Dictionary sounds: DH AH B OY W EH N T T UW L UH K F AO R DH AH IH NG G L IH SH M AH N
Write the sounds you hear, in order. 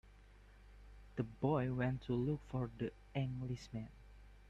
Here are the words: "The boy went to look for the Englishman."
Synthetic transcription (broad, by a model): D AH B OY W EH N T T UW L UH K F AO R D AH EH NG G L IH S M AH N